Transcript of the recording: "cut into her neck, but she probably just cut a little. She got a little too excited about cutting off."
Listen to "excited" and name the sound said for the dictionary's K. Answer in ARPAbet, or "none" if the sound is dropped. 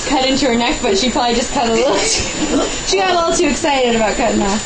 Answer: K